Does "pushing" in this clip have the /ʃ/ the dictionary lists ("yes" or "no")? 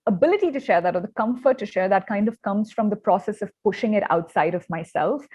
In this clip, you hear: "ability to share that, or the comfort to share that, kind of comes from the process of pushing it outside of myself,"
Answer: yes